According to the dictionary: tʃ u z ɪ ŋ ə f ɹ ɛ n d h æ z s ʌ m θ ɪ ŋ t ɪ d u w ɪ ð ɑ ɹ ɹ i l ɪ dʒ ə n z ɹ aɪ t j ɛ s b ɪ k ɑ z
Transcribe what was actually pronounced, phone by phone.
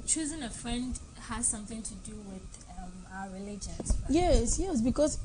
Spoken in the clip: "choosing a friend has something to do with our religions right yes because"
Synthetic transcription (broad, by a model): tʃ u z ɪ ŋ ə f ɹ ɛ n d h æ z s ʌ m θ ɪ ŋ t ɪ d u w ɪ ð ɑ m ɹ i l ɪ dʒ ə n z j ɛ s j ɛ s b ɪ k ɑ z